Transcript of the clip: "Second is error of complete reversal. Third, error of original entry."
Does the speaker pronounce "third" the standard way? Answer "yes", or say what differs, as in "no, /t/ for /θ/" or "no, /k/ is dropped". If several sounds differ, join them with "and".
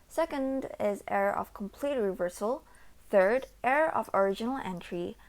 yes